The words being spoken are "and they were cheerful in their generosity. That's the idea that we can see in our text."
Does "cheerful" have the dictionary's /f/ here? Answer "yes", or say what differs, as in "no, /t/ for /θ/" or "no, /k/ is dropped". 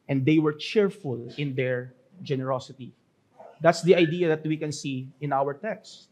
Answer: yes